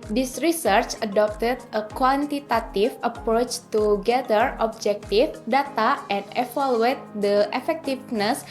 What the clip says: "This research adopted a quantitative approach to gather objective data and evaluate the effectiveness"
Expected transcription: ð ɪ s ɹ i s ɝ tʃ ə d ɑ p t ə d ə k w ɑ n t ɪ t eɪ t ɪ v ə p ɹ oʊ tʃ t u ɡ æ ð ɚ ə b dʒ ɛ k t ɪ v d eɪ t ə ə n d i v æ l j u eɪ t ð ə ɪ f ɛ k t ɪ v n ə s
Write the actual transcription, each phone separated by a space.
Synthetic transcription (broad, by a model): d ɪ s ɹ i s ɝ tʃ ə d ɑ p t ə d ə k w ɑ n t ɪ t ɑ t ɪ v ə p ɹ oʊ tʃ t u ɡ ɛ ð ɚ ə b dʒ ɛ k t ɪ f d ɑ t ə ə n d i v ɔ l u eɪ t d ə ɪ f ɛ k t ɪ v n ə s